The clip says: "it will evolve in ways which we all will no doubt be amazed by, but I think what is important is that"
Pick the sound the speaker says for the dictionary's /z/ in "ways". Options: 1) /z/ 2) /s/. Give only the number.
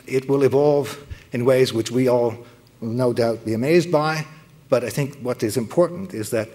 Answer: 1